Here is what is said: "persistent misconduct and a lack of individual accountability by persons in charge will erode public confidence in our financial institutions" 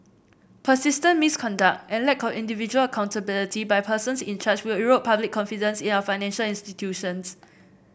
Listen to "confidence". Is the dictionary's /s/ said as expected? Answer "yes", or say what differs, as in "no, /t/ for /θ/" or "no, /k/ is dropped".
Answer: yes